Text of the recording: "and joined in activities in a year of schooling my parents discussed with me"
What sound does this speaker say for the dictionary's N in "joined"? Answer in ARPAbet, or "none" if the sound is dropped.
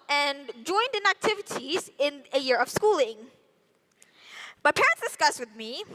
N